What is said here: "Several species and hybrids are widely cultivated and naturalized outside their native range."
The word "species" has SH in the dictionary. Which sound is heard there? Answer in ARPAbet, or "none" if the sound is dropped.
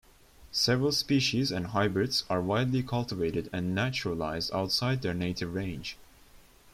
SH